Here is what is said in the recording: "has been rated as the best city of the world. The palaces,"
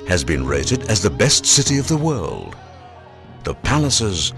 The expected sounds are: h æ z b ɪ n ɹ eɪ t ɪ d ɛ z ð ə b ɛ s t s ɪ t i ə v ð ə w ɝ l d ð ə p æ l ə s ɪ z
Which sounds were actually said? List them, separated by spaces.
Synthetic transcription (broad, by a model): h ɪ z b ɪ n ɹ eɪ t ɪ d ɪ z ð ə b ɛ s t s ɪ t i ə v ð ə w ɝ l d ð ə p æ l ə s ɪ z